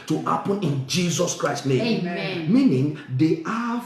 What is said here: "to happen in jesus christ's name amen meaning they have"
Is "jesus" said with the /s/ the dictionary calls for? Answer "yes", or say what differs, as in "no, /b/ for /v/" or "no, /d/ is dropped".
yes